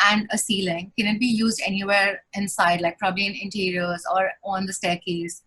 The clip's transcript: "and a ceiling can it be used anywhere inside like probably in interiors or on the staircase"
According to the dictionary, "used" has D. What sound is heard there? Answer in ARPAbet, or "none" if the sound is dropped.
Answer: D